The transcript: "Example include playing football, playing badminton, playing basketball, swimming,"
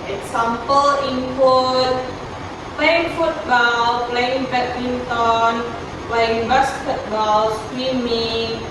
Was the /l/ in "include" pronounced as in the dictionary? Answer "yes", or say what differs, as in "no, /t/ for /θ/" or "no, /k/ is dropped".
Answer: no, /l/ is dropped